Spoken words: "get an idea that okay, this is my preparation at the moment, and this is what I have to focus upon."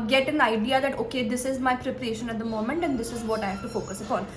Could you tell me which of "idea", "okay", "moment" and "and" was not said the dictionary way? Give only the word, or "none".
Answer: none